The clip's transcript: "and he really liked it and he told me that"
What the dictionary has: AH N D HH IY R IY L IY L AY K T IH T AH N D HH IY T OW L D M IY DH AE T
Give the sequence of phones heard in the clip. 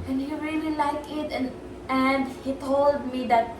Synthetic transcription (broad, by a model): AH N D HH IY R IY L IY L AY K IH T AH N D HH IY T OW L D M IY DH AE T